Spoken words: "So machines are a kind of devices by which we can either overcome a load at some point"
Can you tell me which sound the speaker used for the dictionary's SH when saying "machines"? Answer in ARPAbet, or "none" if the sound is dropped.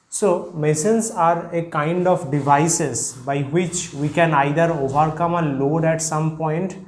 S